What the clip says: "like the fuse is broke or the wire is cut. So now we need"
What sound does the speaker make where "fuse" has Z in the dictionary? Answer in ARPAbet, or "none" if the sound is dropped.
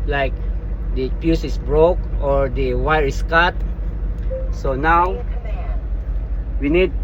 S